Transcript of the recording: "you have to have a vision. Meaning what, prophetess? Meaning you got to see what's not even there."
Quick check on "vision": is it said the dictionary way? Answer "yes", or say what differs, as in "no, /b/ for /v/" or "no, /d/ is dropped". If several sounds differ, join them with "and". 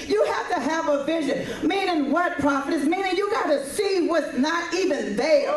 yes